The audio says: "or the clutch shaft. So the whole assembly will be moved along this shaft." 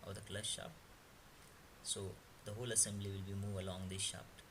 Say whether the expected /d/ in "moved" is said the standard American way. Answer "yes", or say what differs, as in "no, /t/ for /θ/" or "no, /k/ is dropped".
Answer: no, /d/ is dropped